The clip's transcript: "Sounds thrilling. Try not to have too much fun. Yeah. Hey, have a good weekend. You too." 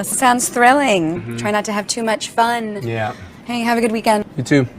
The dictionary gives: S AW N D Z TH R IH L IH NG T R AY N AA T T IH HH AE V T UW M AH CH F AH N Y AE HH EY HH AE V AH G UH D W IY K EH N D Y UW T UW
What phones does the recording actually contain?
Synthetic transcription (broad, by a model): S AW N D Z TH R IH L IH NG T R AY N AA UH T IH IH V T UW M AH CH F AH N Y AE HH EY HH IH V AH G UH D W IY K EH N D Y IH T UW